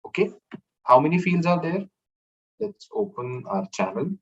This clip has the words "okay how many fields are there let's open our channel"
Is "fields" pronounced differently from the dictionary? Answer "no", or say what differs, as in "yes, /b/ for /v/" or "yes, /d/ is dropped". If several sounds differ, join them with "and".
no